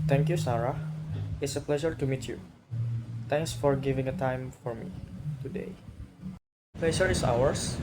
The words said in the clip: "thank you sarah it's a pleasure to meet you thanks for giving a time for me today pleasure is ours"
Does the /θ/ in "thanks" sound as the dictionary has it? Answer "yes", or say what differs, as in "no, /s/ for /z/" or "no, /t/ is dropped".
no, /t/ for /θ/